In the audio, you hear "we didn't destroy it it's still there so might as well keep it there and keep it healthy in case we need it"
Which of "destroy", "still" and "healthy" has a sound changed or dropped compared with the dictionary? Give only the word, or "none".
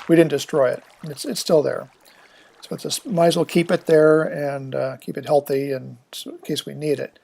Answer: none